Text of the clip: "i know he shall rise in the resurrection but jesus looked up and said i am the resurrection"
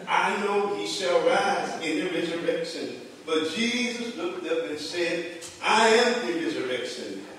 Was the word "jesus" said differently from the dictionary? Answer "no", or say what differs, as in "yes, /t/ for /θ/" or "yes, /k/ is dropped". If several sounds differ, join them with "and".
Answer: no